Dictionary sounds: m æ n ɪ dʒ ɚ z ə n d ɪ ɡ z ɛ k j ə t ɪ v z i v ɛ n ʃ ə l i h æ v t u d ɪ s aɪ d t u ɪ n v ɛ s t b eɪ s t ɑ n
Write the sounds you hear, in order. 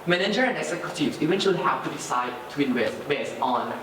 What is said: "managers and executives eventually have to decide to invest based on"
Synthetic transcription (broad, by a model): m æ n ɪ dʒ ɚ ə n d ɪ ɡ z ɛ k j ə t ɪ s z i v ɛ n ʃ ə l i h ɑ w t u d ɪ s aɪ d t u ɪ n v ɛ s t b eɪ s t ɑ n